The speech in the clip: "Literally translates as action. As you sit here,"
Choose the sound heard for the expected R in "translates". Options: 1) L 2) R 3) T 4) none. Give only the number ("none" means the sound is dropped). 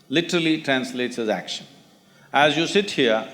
2